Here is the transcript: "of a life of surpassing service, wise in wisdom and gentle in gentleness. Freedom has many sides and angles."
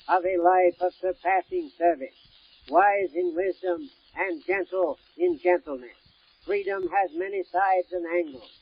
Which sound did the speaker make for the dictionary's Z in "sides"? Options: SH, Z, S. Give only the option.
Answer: Z